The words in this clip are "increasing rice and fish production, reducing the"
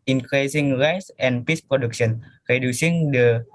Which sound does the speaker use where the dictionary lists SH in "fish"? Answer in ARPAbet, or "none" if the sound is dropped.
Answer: S